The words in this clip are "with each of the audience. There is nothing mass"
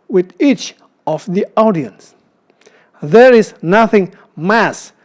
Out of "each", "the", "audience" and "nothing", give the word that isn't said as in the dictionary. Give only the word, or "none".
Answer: none